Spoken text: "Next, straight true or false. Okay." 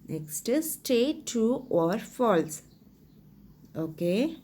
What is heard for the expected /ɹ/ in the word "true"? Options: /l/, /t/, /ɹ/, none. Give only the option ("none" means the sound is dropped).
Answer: none